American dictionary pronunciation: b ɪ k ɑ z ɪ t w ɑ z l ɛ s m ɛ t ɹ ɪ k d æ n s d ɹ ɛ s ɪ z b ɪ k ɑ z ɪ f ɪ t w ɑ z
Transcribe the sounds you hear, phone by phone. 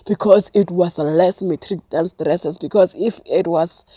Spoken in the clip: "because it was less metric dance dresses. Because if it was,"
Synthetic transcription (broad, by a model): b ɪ k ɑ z ɪ t w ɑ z l ɛ s m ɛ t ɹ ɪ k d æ n s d ɹ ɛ s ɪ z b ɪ k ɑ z ɪ f ɪ t w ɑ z